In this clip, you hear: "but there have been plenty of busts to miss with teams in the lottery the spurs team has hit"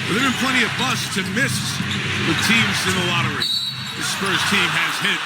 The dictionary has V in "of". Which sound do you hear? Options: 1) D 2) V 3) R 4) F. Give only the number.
2